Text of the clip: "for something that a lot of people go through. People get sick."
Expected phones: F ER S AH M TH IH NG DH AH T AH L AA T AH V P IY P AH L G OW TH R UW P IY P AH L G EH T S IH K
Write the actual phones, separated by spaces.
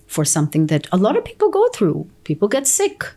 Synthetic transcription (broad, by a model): F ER S AH M TH IH NG DH AH T AH L AA T AH V P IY P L G OW TH R UW P IY P L G EH T S IH K